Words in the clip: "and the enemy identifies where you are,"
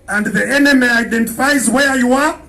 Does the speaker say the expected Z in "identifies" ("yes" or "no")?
yes